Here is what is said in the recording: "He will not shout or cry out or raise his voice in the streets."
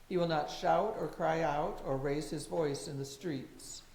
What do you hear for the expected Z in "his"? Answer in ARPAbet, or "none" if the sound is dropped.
Z